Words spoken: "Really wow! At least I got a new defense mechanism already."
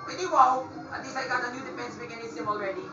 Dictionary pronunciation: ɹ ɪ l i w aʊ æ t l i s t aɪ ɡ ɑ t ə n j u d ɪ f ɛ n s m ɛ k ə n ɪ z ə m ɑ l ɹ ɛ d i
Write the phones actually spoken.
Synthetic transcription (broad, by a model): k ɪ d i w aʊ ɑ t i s aɪ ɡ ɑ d ə n j u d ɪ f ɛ n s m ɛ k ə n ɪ s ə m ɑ l ɹ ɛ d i